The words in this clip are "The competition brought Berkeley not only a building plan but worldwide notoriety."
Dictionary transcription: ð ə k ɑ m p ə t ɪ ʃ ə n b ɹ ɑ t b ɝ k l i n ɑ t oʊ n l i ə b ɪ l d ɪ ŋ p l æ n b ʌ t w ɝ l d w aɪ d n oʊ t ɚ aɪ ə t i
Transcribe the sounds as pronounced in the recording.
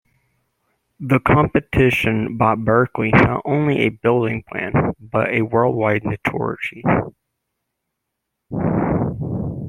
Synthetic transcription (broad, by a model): ð ə k ɑ m p ə t ɪ ʃ ə n b ɑ t b ɝ k l i n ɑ t oʊ n l i ə b ɪ l d ɪ ŋ p l æ n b ʌ t w ɝ l d w aɪ d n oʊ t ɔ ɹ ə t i